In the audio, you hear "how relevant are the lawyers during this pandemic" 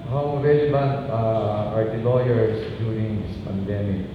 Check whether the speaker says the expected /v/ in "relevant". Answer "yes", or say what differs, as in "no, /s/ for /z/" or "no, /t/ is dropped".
no, /b/ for /v/